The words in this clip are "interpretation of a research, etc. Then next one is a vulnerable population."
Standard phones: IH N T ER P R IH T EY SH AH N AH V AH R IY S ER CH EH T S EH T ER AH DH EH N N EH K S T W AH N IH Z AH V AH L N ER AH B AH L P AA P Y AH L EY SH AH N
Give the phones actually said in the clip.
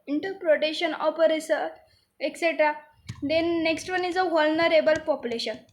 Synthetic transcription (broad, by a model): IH N T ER P R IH T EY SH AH N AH P AH R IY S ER EH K S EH T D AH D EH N N EH K S T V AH N IH Z AH V AH L N ER AH B AH L P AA P Y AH L EY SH AH N